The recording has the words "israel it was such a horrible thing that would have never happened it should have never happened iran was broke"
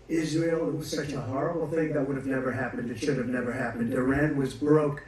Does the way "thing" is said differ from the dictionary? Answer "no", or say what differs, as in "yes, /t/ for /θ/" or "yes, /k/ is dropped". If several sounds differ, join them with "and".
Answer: no